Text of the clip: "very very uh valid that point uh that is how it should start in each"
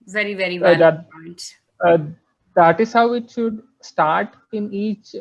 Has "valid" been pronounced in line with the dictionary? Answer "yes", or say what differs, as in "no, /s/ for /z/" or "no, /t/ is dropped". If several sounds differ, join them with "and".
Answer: no, /l/ is dropped